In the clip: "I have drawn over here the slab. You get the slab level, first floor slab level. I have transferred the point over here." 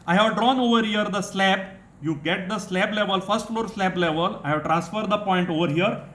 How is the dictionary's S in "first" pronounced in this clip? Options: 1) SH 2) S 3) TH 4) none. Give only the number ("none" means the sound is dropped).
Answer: 2